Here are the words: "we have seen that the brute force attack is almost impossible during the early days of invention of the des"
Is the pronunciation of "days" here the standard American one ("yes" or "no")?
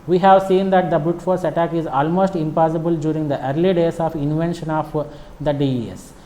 no